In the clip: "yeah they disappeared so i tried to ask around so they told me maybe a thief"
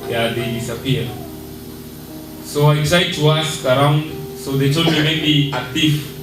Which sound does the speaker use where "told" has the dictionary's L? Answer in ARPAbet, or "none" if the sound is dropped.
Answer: none